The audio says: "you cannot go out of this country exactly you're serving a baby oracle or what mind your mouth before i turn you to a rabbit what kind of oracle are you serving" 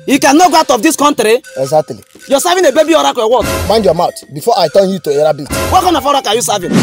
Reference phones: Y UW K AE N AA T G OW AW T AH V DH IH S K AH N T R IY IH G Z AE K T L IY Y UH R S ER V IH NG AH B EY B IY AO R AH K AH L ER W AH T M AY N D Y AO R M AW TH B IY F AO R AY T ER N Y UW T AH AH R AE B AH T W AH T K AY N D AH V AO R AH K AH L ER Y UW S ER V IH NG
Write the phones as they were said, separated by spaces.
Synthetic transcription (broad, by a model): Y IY K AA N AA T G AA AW T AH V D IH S K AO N T R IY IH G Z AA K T L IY Y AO S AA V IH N AH B EY B IY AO R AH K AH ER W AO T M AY N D Y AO M AW T B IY F AO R AY T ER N Y UW T AH AH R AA B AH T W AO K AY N AH F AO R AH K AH Y UW S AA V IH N